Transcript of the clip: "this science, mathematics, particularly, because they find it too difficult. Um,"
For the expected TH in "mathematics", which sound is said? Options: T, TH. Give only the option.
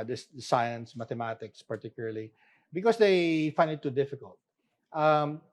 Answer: T